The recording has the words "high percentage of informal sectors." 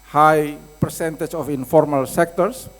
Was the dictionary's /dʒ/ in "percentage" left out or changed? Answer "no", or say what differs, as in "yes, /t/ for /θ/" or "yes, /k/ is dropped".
yes, /tʃ/ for /dʒ/